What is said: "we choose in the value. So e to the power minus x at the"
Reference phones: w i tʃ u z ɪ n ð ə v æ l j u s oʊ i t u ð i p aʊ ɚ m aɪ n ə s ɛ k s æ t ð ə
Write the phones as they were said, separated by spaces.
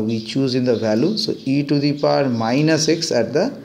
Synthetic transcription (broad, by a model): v i tʃ u z ɪ n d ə v æ l j u s oʊ i t u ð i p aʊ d m aɪ n ə s ɛ k s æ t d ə